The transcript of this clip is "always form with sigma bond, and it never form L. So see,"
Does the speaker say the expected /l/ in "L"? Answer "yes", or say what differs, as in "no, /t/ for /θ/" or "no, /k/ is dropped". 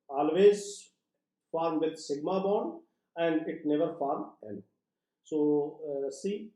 no, /n/ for /l/